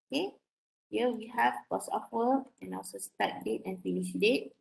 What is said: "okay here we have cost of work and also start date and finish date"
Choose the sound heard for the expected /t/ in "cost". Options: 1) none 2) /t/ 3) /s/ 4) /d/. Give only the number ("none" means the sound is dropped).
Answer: 1